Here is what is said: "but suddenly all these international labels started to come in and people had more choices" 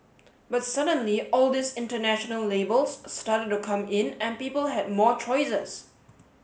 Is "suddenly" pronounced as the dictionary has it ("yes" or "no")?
yes